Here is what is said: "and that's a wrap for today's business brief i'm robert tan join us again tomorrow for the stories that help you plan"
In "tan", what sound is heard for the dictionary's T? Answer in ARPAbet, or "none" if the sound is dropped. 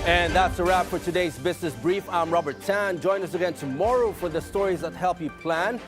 T